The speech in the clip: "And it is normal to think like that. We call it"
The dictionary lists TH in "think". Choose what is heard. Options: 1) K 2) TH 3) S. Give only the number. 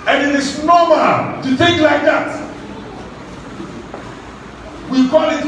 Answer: 2